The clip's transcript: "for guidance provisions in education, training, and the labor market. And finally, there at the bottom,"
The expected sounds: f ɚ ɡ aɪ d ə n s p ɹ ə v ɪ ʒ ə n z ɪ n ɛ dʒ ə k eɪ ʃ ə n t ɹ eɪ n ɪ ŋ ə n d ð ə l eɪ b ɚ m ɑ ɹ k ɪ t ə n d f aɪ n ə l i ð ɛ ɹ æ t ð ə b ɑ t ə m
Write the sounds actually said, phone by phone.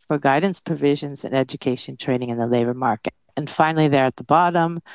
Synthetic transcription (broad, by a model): f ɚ ɡ aɪ d n s p ɹ ə v ɪ ʒ ə n z ɪ n ɛ dʒ ə k eɪ ʃ ə n t ɹ eɪ n ɪ ŋ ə n ð ə l eɪ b ɚ m ɑ ɹ k ɪ t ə n f aɪ n l i ð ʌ ɹ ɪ t ð ə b ɑ t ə m